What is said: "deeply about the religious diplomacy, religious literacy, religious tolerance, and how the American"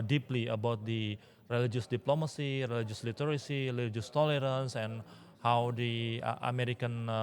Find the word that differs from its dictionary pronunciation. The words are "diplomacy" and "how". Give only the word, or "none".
none